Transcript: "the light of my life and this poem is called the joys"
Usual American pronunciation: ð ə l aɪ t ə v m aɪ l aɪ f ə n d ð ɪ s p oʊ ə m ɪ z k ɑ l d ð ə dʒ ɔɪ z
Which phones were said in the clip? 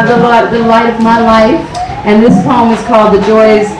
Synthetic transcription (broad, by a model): ð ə l aɪ t ə v m aɪ l aɪ f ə n ð ɪ s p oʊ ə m ɪ z k ɑ l d ð ə dʒ ɔɪ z